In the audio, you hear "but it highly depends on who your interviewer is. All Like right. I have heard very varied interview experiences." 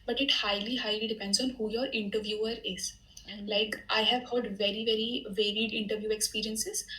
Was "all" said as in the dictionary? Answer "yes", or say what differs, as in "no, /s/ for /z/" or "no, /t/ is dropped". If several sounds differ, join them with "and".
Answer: no, /n/ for /l/